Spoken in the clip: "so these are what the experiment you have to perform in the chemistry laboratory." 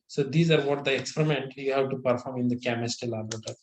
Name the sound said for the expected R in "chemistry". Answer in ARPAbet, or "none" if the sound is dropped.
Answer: none